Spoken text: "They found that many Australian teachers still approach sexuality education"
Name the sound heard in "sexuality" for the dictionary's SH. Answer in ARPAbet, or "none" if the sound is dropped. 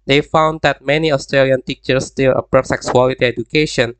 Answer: S